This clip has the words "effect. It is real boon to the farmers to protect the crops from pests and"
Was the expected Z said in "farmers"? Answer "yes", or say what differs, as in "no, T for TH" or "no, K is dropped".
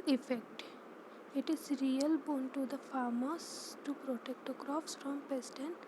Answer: no, S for Z